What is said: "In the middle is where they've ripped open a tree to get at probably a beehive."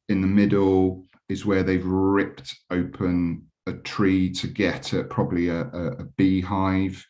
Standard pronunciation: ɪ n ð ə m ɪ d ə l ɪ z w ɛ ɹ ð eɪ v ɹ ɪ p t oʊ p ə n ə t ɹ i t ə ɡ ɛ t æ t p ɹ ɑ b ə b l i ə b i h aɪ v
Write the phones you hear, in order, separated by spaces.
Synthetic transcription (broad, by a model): ɪ n ð ə m ɪ d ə l ɪ z w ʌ ð eɪ v ɹ ɪ p t oʊ p ə n ə t ɹ i t ə ɡ ɛ t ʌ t p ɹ ɑ b ə b l i ə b i h aɪ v